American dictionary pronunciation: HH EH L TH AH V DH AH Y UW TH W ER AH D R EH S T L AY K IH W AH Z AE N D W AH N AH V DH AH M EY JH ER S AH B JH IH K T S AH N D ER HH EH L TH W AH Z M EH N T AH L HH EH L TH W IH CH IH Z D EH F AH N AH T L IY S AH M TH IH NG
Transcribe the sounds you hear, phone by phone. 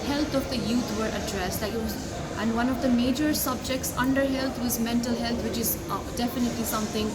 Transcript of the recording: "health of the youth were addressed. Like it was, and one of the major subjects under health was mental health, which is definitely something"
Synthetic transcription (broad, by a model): HH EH L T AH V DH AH Y UW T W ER AH D R EH S T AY IH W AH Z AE N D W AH N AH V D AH M EY JH ER S AH B JH IH K T S AH N D ER HH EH L T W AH Z M EH N T AH L HH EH L T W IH CH IH Z D EH F AH N AH T L IY S AH M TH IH NG